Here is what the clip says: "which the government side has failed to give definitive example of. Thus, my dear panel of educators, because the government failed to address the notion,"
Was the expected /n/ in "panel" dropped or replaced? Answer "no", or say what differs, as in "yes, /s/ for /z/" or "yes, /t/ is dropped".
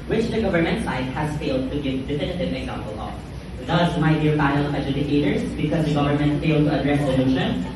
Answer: yes, /n/ is dropped